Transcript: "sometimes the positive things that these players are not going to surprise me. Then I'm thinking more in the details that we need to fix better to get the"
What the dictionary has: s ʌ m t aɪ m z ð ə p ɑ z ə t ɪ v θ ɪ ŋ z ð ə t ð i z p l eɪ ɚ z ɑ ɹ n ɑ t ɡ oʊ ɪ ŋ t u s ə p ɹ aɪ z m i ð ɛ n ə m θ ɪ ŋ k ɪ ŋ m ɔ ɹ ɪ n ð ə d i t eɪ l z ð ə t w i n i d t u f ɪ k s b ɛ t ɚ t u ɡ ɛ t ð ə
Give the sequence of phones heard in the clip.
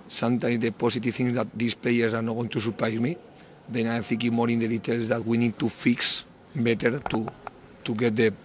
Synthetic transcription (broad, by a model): s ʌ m t aɪ m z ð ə p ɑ s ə t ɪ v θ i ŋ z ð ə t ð i s p l eɪ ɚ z ɑ ɹ n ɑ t ɡ oʊ ɪ ŋ t u s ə p ɹ aɪ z m i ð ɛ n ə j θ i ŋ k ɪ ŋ m ɔ ɹ ɪ n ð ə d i t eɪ l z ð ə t w i n i d t u f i k s b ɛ t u t u ɡ ɛ t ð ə